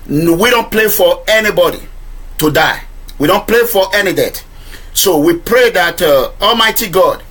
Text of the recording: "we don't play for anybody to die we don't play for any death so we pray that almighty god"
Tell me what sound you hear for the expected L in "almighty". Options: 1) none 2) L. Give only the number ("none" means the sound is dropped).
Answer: 2